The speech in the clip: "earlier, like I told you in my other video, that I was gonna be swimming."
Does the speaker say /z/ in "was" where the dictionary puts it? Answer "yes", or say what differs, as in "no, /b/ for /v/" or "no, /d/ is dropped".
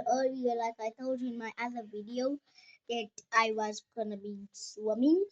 yes